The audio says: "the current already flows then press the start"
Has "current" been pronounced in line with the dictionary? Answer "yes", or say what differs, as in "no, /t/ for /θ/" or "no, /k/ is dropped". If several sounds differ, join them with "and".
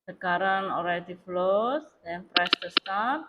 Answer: no, /t/ is dropped